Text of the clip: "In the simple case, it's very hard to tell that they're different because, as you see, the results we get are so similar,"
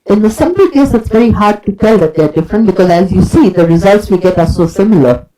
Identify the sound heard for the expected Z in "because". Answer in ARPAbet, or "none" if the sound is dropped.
Z